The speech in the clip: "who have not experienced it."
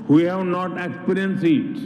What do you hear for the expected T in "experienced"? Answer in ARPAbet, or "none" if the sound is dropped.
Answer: none